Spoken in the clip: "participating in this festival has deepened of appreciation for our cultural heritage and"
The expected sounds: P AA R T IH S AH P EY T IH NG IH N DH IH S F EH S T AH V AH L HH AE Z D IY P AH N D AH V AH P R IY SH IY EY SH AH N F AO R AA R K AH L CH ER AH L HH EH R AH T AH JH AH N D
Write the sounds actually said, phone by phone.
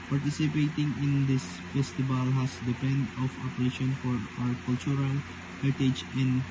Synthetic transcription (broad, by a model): P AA R T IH S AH P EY T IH NG IH N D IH S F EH S T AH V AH L HH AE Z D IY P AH N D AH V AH P EH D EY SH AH N F AO R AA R K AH L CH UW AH L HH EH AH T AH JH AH N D